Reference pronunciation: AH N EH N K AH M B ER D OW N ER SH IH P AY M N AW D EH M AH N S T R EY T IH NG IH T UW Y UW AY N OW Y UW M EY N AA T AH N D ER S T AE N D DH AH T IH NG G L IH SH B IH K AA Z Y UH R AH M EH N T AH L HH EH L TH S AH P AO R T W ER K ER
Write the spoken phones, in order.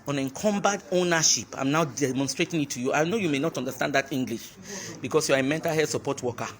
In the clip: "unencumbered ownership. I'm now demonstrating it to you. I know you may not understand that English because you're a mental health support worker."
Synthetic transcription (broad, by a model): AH N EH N K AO M B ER D OW N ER SH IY P AY M N AW D EH M AH N S T R EY T IH NG IH T UW Y UW AY N OW Y UW M EY N AA T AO N D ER S T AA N D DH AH T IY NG G L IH SH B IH K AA S Y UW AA AH M EH N T AH L HH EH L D S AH P AO T W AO K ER